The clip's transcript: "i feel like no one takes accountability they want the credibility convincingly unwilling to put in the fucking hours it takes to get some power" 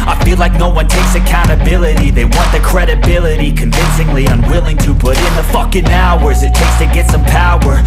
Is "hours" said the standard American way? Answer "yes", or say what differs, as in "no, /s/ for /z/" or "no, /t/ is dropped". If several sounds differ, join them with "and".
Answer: yes